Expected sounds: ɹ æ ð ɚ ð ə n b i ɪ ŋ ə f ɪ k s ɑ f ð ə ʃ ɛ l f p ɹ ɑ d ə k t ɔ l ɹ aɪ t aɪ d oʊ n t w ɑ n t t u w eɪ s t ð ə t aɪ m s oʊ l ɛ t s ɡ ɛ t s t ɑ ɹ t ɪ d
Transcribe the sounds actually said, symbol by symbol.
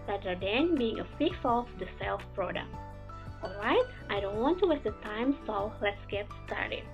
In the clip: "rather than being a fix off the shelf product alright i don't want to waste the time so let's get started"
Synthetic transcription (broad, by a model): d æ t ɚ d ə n b i ɪ ŋ ə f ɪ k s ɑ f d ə s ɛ l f p ɹ ɑ d ə k t ɔ l ɹ aɪ t aɪ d oʊ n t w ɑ n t t u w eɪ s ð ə t aɪ m s oʊ l ɛ t s ɡ ɛ t s t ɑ ɹ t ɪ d